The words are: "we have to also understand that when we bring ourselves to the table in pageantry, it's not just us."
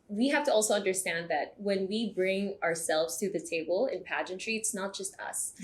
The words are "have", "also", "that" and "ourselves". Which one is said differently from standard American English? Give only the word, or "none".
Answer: have